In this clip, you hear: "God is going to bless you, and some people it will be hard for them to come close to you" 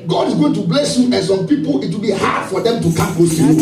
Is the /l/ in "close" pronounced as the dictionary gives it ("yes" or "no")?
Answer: no